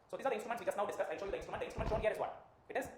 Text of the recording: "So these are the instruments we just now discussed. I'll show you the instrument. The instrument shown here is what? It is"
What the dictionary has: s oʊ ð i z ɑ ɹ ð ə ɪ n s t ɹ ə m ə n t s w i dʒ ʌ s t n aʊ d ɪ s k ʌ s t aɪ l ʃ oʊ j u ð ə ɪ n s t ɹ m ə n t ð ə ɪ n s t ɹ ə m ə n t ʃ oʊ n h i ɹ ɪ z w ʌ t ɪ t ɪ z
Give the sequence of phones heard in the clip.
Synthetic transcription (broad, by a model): s oʊ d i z ɑ ɹ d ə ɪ n s t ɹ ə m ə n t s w i dʒ ʌ s t n aʊ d ɪ s k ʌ s aɪ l ʃ oʊ j u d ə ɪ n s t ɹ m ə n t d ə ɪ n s t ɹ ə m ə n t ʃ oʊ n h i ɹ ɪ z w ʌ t ɪ t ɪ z